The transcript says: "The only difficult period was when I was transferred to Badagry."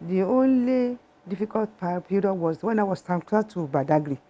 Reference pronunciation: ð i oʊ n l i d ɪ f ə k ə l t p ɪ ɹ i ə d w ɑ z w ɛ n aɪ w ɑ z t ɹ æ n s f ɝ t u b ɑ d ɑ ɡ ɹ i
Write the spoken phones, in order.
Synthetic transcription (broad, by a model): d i oʊ n l i d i f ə k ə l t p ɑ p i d w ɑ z w ɛ n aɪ w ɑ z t æ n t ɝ t u b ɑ d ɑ ɡ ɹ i